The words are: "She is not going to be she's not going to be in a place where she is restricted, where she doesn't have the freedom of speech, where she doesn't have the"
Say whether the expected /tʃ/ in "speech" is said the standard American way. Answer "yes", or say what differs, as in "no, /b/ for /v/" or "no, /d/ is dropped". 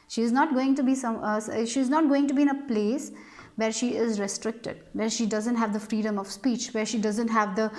yes